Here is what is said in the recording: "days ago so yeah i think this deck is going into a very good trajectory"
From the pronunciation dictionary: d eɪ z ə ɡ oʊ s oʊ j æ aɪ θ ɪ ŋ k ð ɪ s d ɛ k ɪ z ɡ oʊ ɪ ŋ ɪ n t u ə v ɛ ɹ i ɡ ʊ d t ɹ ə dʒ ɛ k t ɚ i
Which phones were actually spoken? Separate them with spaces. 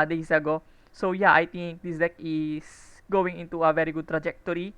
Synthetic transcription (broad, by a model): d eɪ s ə ɡ oʊ s oʊ j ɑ aɪ t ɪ ŋ k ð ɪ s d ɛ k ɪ s ɡ oʊ ɪ ŋ ɪ n t u ə v ɛ ɹ i ɡ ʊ d t ɹ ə dʒ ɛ k t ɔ i